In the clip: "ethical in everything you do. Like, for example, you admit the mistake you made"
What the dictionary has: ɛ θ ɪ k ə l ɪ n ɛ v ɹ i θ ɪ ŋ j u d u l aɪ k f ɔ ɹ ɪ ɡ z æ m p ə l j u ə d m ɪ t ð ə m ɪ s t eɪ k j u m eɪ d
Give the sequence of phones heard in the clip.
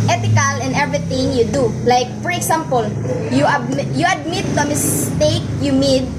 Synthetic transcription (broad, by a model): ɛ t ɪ k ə l ɪ n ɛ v ɹ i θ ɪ ŋ j u d u l aɪ k f ɔ ɹ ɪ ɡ s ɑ m p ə l j u ə d m ɪ t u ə m ɪ s t eɪ k j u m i d